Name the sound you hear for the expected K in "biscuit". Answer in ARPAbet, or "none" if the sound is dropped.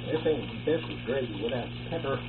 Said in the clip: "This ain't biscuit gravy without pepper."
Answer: none